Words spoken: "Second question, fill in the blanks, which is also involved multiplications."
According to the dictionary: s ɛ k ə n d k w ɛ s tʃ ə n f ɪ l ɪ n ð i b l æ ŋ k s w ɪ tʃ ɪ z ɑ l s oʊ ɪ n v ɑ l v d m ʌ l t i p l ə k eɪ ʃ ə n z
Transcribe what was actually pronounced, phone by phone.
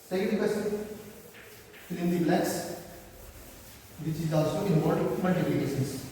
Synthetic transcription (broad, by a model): s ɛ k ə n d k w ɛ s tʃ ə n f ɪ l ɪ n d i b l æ k s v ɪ tʃ ɪ z ɑ l s oʊ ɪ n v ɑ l d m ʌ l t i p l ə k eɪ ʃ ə n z